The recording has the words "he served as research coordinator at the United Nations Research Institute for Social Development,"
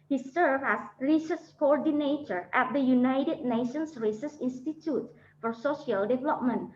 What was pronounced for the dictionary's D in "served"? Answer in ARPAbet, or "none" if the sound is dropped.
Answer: none